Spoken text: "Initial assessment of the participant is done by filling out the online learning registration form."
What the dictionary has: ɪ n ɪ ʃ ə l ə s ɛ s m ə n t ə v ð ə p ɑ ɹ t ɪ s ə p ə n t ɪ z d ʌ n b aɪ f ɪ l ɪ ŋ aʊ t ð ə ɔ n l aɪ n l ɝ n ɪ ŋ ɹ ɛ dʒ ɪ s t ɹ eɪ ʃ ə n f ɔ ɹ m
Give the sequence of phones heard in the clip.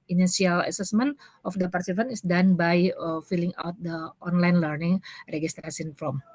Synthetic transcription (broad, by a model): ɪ n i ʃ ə l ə s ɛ s m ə n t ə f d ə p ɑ ɹ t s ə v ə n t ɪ s d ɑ n b aɪ f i l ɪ ŋ aʊ t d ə ɔ n l aɪ n l ɝ n ɪ ŋ ɹ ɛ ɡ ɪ s t ɹ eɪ s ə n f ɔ m